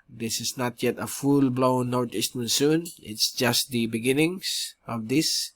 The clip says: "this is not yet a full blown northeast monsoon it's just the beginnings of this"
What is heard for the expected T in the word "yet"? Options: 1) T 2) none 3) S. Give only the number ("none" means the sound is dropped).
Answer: 1